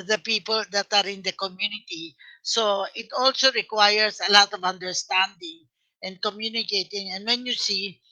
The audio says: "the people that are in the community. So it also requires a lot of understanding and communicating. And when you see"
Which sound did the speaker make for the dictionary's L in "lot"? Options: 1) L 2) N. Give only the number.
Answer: 1